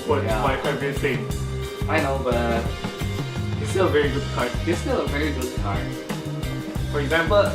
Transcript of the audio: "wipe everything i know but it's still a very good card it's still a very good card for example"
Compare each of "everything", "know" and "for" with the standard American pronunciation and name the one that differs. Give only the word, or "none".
everything